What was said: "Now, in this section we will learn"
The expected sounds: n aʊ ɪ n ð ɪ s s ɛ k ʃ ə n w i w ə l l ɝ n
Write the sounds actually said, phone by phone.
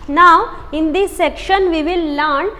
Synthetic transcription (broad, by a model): n aʊ ɪ n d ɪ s s ɛ k ʃ ə n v i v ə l l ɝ n